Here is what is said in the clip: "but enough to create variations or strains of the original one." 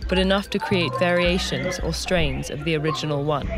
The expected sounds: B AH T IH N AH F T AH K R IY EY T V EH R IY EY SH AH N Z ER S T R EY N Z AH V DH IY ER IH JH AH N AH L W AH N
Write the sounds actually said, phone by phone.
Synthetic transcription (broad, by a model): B AH T IH N AH F T AH K R IY EY T V EH R IY EY SH AH N Z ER S T R EY N Z AH V DH IY ER IH JH AH N AH L W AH N